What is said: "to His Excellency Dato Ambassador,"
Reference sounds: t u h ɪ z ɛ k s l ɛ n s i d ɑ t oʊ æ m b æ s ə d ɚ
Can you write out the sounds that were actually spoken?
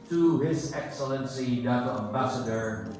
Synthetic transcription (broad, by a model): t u h ɪ z ɛ k s l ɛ n s i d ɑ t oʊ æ m b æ s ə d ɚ